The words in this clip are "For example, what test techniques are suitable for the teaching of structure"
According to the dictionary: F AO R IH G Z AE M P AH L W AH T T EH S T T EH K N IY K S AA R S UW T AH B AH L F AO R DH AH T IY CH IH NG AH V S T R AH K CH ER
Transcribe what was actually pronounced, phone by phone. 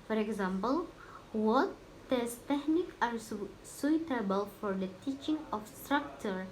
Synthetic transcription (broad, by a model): F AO R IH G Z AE M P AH L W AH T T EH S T T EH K N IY K AA R S UW T AH B AH L F AO R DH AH T IY CH IH NG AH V S T R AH K CH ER